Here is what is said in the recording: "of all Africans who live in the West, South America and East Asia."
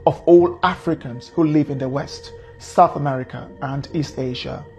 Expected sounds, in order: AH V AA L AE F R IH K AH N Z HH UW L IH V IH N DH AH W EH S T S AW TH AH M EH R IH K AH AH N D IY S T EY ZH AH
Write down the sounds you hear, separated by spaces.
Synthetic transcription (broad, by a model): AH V AA L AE F R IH K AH N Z HH UW L IH V IH N DH AH W EH S T S AW TH AH M EH R IH K AH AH N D IY S T EY ZH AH